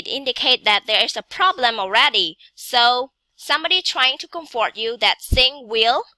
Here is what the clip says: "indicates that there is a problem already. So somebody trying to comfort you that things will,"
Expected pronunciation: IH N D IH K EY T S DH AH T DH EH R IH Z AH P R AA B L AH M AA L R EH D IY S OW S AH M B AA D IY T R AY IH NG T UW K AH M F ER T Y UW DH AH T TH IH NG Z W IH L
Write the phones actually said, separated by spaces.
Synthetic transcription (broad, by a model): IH N D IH K EY T DH AH T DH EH R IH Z AH P R AA B L AH M AA L R EH D IY S OW S AH M B AA D IY T R AY IH NG T UW K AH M F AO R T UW DH AH T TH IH NG W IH L